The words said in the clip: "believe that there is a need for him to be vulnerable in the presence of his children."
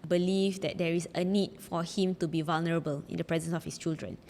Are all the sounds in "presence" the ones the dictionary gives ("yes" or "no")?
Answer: yes